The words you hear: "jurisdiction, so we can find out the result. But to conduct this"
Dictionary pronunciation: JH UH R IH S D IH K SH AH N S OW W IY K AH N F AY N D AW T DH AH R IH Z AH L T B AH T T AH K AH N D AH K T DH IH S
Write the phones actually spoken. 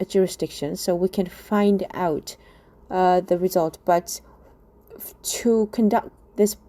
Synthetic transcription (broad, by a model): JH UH R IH S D IH K SH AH N S OW W IY K AH N F AY N D AW T DH AH R IH Z AH L T B AH T T AH K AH N D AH K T DH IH S